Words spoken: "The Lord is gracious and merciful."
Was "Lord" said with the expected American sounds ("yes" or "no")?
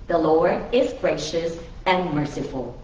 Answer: no